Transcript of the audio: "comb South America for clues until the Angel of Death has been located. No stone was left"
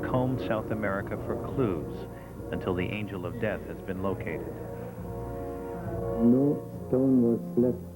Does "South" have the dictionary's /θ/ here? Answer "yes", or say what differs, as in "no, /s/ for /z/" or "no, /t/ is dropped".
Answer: yes